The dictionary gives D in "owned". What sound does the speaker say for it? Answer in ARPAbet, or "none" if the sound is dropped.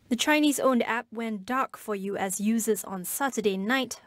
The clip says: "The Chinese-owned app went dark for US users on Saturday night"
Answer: D